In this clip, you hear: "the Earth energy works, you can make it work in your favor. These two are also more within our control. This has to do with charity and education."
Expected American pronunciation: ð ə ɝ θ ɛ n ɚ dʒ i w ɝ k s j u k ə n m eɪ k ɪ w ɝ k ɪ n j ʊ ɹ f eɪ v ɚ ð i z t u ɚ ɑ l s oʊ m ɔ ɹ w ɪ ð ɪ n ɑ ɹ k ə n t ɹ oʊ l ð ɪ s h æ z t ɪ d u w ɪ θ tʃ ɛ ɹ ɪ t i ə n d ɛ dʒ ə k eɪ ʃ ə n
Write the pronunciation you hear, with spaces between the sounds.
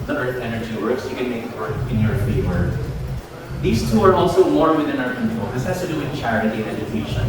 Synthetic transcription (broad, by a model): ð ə ɝ θ ɛ n ɚ dʒ i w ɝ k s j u k ə n m eɪ k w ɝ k ɪ n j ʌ ɹ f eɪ w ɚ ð i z t u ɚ ɑ l s oʊ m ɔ ɹ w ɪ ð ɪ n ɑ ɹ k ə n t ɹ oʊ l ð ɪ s h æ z t ɪ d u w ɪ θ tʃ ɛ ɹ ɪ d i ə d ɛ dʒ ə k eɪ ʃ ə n